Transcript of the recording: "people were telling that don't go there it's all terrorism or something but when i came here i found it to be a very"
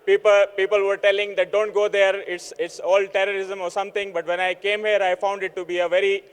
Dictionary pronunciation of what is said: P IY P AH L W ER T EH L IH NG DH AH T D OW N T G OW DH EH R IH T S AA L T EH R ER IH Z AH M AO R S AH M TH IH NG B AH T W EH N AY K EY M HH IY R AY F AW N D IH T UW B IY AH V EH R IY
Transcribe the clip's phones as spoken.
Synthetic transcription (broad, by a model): P IY P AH L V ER T EH L IH NG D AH T D OW N T G OW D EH R IH T S AA L T EH R ER IH Z AH M AO R S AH M T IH NG B AH T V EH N AY K EY M HH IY R AY F AW N D IH T UW B IY AH V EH R IY